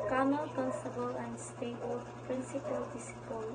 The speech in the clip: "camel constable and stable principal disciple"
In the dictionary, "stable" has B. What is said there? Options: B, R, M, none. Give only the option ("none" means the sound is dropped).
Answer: none